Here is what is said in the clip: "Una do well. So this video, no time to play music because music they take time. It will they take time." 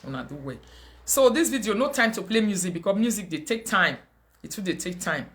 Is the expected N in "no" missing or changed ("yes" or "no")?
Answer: no